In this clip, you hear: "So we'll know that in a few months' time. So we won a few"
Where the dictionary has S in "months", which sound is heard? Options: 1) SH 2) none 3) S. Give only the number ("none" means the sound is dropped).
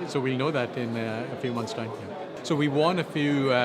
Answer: 3